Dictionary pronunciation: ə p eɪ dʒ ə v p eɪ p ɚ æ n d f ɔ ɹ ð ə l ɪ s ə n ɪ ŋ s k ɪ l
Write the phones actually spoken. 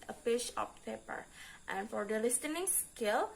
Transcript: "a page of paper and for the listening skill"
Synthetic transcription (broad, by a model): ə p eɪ ʃ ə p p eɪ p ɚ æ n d f ɔ ɹ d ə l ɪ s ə n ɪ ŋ s k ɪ l